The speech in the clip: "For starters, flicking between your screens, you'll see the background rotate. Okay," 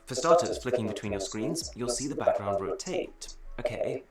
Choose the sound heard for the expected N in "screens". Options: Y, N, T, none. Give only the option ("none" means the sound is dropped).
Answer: N